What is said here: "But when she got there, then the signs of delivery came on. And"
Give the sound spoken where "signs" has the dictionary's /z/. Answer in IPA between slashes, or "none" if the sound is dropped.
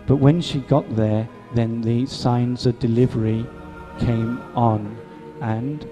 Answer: /z/